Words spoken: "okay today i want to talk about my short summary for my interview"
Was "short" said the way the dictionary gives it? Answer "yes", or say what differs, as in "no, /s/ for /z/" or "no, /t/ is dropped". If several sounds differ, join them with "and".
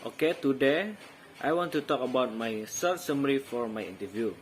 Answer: no, /s/ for /ʃ/